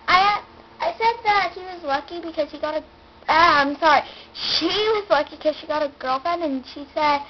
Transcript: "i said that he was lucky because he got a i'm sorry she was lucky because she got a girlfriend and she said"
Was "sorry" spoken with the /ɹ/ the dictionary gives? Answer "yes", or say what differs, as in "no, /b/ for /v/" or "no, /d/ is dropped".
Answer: yes